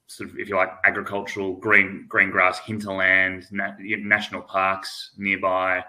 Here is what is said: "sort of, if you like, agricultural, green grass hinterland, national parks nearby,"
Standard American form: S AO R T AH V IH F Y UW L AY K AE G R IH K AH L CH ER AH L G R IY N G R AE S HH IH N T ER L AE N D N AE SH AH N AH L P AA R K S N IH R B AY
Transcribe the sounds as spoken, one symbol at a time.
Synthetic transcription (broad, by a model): S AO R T AH V IH F Y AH L AY K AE G R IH K AH L CH ER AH N G R IY N G R AE S HH IH N T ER L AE N D N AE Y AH N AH L P AA R K S N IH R B AY